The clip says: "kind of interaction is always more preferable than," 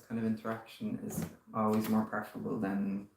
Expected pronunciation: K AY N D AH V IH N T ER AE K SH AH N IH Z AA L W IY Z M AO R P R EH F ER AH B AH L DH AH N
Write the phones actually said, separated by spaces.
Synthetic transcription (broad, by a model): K AY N D AH V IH N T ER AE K SH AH N IH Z AA L W IY Z M AO R P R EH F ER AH B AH L DH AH N